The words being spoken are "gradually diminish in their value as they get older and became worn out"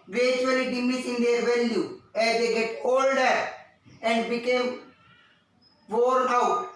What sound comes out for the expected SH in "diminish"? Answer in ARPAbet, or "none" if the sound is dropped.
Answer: S